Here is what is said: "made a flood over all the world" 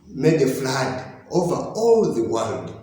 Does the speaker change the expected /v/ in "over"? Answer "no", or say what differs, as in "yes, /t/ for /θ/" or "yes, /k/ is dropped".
no